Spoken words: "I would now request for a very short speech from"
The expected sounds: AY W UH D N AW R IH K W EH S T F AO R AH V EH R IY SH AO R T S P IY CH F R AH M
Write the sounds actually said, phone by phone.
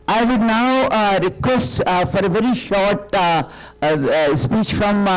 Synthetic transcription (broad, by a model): AY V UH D N AW R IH K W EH S T F AO R AH V EH R IY SH AO R T S P IY CH F R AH M